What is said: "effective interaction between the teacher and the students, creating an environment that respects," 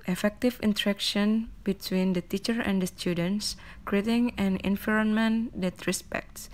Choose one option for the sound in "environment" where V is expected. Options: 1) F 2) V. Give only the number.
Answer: 1